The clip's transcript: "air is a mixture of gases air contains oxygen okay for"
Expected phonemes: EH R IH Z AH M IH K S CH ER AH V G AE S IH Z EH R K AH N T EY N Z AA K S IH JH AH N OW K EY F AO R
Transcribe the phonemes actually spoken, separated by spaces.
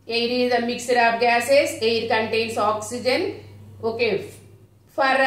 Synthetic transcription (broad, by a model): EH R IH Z AH M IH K S ER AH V G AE S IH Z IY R K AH N T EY N S AA K S IH JH AH N OW K EY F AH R